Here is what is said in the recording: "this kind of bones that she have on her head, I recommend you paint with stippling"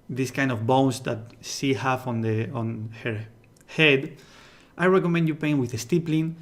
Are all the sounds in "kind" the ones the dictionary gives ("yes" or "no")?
yes